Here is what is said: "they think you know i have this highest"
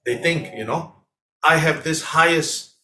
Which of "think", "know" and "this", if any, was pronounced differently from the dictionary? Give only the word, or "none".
none